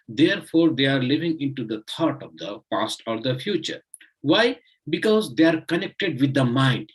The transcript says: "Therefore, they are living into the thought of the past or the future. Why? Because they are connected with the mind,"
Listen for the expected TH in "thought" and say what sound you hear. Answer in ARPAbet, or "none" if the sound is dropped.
T